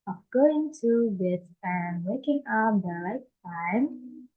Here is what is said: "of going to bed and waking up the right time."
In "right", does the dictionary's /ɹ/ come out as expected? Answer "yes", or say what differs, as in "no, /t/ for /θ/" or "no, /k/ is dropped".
no, /l/ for /ɹ/